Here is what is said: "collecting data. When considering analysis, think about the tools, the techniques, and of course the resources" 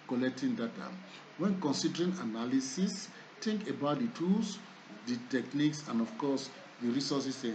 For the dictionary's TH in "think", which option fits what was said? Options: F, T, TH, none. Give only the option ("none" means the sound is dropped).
T